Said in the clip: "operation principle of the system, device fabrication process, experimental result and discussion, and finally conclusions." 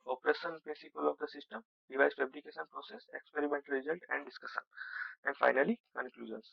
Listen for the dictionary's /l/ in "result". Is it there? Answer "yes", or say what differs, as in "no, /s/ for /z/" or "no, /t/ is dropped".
no, /n/ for /l/